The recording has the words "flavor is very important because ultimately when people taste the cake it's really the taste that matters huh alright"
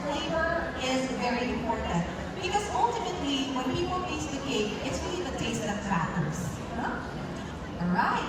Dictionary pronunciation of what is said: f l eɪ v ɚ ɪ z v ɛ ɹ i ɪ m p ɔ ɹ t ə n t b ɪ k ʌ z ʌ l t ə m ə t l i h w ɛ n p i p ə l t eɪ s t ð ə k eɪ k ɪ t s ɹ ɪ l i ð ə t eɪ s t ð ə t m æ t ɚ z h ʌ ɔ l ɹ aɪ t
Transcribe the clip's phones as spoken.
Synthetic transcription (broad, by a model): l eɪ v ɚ ɪ z v ɛ ɹ i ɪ m p ɔ ɹ t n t b ɪ k ʌ z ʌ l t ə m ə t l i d w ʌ n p i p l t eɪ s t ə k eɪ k ɪ t s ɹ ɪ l i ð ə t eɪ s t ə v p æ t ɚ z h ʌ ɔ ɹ aɪ t